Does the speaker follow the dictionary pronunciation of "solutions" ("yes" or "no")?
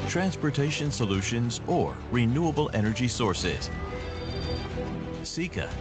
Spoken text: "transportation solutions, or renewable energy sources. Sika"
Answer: yes